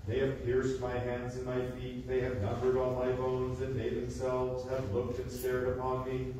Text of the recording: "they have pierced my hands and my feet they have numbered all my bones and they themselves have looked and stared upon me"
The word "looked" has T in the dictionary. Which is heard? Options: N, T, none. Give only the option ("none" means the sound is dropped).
T